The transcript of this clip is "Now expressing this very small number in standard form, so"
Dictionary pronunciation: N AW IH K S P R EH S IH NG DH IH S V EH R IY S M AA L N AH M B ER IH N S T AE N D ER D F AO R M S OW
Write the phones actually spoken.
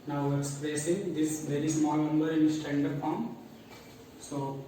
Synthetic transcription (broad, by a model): N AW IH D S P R EH S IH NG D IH S V EH R IY S M AA L N AH M B ER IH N S T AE N D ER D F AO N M S OW